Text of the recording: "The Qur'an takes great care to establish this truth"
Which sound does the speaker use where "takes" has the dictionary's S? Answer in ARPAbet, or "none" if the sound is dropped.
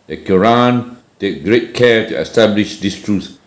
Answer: none